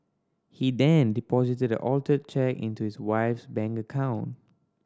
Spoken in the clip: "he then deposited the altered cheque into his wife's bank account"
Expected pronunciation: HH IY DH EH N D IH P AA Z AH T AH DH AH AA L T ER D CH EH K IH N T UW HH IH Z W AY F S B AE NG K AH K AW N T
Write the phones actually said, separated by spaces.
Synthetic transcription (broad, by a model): HH IY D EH N D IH P AA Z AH T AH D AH AA L T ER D CH EH K IH N T UW HH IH S W AY F S B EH NG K AH K AW N T